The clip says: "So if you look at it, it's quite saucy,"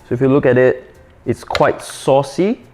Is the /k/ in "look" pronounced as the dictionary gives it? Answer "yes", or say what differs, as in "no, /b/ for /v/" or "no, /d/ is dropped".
yes